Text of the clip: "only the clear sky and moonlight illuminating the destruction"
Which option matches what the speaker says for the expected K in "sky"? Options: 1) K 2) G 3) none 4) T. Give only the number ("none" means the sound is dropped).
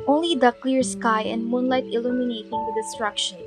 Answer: 1